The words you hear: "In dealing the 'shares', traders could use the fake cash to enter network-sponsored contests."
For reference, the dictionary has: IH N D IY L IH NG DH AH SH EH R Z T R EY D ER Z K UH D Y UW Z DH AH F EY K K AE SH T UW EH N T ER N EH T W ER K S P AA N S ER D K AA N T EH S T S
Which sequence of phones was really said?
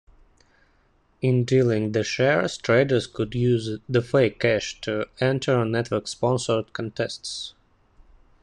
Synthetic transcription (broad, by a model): IH N D IY L IH NG DH AH SH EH R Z T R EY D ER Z K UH D Y UW Z DH AH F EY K K AE SH T UW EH N T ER N EH T W ER K S P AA N S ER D K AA N T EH S T S